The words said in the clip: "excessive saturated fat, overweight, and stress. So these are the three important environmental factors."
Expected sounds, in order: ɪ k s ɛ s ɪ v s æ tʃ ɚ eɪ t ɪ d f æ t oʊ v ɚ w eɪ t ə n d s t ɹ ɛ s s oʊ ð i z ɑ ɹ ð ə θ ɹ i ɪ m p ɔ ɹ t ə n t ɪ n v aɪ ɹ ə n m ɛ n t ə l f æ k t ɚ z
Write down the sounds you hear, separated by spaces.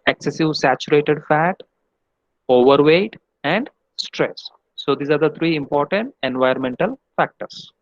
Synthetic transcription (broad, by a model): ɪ k s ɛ s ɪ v s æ tʃ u eɪ t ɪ d f æ t oʊ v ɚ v eɪ t ə n d s t ɹ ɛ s s oʊ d i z ɑ ɹ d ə t ɹ i ɪ m p ɔ ɹ t ə n t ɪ n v aɪ ə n m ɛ n t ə l f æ k t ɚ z